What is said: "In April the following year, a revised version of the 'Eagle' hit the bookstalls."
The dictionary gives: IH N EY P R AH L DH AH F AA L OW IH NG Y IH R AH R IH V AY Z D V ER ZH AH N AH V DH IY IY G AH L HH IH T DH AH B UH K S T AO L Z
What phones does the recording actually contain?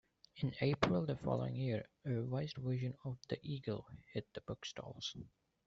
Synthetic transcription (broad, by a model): IH N EY P R AH L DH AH F AA L OW IH NG Y IH R AH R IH IH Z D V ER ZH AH N AH V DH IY IY G AH L HH IH T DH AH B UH K S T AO L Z